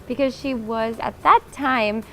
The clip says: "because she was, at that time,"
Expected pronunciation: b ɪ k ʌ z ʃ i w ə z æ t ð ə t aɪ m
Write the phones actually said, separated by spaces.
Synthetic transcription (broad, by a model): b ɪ k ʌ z ʃ i w ə z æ t ð ə t aɪ m